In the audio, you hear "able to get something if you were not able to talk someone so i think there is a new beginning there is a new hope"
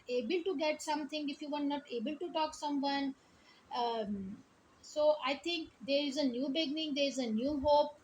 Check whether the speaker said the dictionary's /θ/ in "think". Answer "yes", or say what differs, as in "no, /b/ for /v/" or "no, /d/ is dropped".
no, /t/ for /θ/